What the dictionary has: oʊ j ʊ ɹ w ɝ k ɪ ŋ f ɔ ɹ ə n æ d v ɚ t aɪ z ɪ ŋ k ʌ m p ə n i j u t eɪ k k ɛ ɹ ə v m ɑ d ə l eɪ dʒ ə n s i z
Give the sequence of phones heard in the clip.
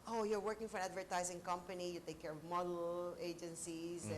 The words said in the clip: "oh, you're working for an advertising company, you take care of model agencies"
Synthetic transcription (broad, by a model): oʊ j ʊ ɹ w ɝ k ɪ ŋ f ɔ ɹ ə n æ d v ɚ t aɪ z ɪ ŋ k ʌ m p ə n i j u t eɪ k k ɛ ɹ ə v m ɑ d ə l eɪ dʒ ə n s i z